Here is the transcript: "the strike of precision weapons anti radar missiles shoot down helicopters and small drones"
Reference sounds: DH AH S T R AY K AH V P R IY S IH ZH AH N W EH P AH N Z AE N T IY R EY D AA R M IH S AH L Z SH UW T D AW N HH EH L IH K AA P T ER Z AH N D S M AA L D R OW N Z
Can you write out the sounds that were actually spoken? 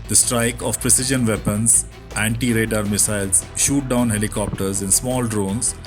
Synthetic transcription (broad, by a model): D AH S T R AY K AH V P R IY S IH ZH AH N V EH P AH N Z AE N T IY R EY D AA R M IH S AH L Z SH UW T D AW N HH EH L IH K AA P T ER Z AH N S M AA L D R OW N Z